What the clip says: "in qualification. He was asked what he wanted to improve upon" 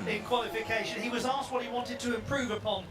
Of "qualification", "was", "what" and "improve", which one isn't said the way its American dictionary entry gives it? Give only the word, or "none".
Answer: none